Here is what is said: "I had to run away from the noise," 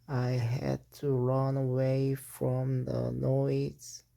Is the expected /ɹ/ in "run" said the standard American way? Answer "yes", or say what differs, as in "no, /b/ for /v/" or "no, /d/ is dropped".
yes